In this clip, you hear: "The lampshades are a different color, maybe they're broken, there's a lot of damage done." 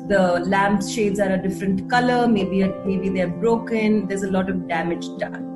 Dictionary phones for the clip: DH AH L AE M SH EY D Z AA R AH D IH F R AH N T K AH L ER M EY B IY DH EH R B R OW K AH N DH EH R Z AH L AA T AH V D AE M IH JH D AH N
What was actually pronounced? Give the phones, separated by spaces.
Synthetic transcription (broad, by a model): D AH L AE M SH EY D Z AA R AH D IH F R AH N T K AH L ER M EY B IY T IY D B R OW K AH N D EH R Z AH L AA T AH V D AE M IH JH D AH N